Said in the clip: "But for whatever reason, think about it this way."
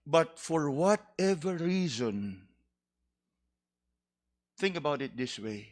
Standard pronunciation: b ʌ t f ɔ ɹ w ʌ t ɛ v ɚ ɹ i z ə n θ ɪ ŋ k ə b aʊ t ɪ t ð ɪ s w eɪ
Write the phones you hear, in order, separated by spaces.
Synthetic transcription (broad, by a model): b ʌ t f ɔ ɹ w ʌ t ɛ v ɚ ɹ i z ə n θ ɪ ŋ k ə b aʊ t ɪ t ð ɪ s w eɪ